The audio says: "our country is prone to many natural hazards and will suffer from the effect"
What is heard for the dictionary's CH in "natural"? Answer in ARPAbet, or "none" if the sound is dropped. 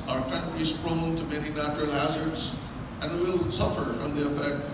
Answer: CH